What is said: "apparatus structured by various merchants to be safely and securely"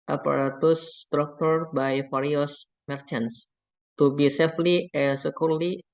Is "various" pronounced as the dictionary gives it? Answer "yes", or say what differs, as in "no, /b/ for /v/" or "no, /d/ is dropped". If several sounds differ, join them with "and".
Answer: no, /f/ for /v/